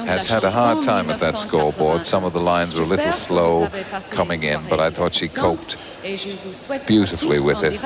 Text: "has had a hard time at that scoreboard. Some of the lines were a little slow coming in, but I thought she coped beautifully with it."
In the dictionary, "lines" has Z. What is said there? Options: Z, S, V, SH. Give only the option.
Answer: Z